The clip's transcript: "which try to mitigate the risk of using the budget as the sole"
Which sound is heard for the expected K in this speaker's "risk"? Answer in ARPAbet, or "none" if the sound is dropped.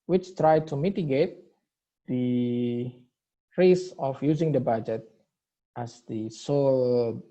none